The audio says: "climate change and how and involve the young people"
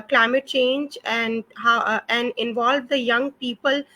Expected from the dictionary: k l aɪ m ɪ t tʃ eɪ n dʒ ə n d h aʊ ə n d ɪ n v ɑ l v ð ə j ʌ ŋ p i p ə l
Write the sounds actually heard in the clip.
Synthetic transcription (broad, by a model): k l aɪ m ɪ t tʃ eɪ n dʒ ə n d h aʊ ə n d ɪ n v ɑ l v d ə j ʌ ŋ p i p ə l